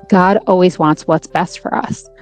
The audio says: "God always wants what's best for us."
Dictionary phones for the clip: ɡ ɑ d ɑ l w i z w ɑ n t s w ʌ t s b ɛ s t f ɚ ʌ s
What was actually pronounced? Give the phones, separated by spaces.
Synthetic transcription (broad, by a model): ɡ ɑ d ɑ l w i z w ɑ n t s w ʌ t s b ɛ s t f ɚ ʌ s